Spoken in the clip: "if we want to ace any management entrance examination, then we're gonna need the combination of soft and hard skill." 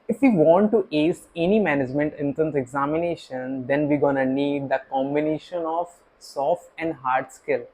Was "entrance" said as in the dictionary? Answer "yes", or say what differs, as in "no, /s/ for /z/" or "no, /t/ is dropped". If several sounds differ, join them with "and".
no, /ɹ/ is dropped